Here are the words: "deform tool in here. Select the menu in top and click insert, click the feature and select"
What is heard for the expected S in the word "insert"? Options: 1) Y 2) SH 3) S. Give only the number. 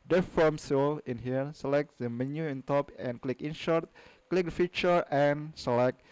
2